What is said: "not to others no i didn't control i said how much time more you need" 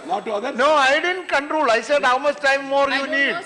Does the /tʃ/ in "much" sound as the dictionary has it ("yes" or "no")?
no